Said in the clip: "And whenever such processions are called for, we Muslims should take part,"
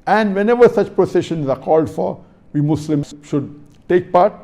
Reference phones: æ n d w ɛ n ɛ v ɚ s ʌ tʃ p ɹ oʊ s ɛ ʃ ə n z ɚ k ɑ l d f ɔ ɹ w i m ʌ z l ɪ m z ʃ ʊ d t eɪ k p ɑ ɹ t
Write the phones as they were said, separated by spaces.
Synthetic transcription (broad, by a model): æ n d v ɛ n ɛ v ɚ s ʌ tʃ p ɹ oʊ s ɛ ʃ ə n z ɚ k ɑ l d f ɔ ɹ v i m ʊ s l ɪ m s ʃ ʊ d t eɪ k p ɑ ɹ t